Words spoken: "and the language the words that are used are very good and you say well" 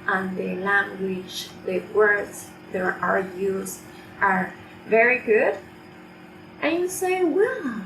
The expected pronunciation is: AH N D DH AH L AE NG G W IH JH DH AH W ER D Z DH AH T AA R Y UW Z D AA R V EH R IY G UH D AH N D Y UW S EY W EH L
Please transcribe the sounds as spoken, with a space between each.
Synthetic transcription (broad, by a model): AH N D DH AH L AE NG G W IH JH DH AH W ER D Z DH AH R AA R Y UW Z AA R V EH R IY G UH D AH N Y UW S EY W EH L